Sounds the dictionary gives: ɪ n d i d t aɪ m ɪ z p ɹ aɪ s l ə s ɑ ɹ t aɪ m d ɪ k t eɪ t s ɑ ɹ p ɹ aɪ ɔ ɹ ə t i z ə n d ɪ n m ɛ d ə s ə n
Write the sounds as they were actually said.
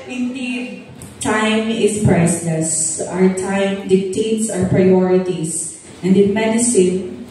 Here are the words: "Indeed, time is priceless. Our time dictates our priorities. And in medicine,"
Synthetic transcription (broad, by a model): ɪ n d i d t aɪ m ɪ s p ɹ aɪ s l ə s ɑ ɹ t aɪ m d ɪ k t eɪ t s ɑ ɹ p ɹ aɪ ɔ ɹ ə t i s ə n d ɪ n m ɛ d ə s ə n